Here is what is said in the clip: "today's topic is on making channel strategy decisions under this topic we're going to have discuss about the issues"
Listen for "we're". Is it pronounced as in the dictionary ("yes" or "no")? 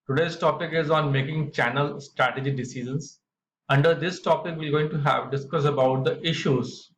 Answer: no